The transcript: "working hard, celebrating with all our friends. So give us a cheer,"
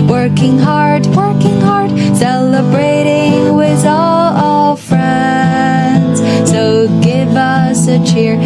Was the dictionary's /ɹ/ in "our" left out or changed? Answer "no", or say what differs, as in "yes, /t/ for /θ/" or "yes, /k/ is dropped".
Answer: yes, /l/ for /ɹ/